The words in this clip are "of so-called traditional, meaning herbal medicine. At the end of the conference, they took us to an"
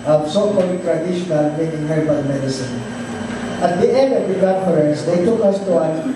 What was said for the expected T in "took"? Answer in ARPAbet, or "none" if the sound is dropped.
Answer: T